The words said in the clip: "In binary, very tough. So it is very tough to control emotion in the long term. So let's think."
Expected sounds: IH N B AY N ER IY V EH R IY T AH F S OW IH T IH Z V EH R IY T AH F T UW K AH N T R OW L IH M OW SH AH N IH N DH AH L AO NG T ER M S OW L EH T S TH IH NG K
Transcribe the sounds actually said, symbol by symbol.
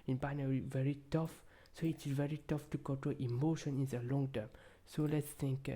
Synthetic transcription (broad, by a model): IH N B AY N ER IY V EH R IY T AH F S OW IH T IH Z V EH R IY T AH F T UW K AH T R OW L IH M OW SH AH N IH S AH L AO NG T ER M S OW L EH T S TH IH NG K